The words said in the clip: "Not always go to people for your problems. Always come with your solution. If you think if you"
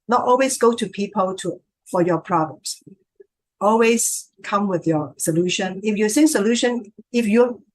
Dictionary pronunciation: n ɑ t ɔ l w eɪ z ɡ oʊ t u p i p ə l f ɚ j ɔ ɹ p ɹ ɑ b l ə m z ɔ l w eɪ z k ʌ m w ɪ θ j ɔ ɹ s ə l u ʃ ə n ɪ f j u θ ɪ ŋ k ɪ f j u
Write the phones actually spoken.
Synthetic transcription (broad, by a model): n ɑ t ɔ l w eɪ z ɡ oʊ t u p i p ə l f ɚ j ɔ p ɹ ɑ b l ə m s ɔ l w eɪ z k ʌ m w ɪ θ j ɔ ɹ s ə l u ʃ ə n ɪ f j u s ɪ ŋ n ɪ f j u